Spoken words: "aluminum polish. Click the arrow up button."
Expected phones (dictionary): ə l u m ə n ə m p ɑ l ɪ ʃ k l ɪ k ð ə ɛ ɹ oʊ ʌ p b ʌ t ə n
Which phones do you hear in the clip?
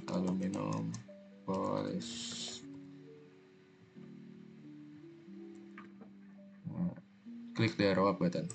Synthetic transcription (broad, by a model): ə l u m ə n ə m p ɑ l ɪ s k l ɪ k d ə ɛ ɹ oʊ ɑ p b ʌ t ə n